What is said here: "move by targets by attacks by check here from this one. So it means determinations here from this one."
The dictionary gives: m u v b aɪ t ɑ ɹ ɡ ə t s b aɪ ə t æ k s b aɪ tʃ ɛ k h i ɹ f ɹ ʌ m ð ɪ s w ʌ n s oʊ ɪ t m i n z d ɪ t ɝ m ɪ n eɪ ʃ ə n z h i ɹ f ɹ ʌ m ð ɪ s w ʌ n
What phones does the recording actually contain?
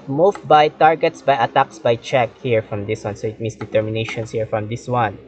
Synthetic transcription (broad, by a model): m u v b aɪ t ɑ ɹ ɡ ə t s b aɪ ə t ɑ k s b aɪ tʃ ɛ k h i ɹ f ɹ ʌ m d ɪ s w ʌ n s oʊ ɪ t m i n s d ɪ t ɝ m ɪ n eɪ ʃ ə n s h i ɹ f ɹ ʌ m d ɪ s w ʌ n